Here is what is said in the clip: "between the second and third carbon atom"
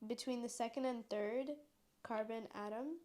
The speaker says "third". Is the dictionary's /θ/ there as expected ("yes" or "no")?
yes